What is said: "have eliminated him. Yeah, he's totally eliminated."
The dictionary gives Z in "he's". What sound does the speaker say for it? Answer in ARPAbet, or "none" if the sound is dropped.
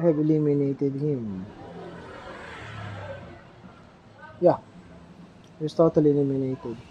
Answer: S